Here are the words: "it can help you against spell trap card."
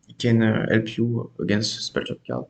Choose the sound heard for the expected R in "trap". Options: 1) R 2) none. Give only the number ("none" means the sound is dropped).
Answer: 2